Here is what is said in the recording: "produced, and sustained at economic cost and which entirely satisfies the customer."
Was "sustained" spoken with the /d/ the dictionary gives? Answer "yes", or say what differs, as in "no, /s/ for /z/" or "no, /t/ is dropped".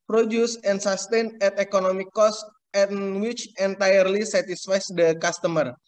no, /d/ is dropped